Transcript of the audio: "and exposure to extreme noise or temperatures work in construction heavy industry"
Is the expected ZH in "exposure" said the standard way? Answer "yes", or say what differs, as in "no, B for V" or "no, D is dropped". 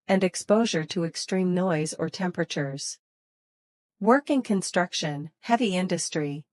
yes